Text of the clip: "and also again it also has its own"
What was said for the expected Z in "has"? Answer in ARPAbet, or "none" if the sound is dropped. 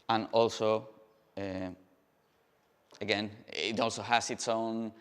S